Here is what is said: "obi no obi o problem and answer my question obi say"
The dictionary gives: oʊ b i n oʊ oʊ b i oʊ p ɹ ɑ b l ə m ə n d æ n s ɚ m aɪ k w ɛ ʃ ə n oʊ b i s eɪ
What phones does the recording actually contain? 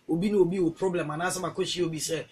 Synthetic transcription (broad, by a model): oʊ b i n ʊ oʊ b i oʊ p ɹ ɑ b l ə m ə n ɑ s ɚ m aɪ k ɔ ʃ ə oʊ b i s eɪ